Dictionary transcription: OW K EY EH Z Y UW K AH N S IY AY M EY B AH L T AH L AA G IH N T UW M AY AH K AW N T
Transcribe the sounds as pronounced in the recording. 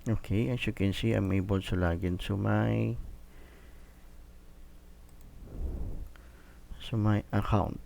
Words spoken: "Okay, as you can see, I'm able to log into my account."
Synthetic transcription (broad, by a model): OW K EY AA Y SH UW K AH N S IY AY M EY B AH L S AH L AA G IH N S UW M AY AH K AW N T